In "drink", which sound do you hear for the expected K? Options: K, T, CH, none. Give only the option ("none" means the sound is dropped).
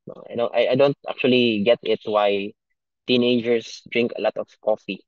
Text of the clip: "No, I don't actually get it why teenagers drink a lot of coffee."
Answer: K